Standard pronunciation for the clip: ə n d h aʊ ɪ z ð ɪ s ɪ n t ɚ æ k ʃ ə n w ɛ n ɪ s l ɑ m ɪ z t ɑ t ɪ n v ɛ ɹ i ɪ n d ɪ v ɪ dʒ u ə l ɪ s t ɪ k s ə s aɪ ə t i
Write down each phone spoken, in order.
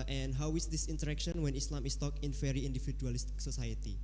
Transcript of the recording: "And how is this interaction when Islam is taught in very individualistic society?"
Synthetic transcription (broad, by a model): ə n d h aʊ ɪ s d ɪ s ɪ n t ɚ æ k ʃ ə n w ɛ n ɪ s l ɑ m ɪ s t ɑ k ɪ n f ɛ ɹ i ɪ n d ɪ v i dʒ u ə l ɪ s t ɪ k s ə s aɪ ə t i